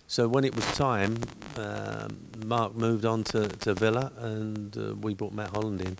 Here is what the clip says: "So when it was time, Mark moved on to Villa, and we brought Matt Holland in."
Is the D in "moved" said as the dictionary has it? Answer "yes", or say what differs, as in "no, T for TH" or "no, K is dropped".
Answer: yes